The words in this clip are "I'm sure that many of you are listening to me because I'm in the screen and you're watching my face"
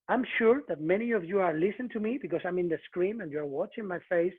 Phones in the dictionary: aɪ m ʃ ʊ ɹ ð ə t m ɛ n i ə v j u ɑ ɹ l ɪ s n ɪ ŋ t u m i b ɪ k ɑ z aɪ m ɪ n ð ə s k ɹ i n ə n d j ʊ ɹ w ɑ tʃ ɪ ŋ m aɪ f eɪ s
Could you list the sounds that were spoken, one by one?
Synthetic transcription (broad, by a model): aɪ m ʃ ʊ ɹ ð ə t m ɛ n i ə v j u ɑ ɹ l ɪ s ɪ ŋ t u m i b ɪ k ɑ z aɪ m ɪ n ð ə s k ɹ i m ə n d j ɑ ɹ w ɑ tʃ ɪ ŋ m aɪ f eɪ s